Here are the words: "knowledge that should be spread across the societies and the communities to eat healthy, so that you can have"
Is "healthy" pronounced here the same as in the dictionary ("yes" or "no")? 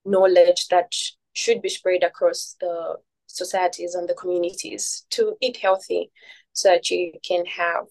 yes